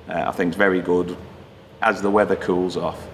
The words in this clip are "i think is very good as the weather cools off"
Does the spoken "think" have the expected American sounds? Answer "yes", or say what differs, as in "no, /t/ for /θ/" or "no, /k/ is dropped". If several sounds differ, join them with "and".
yes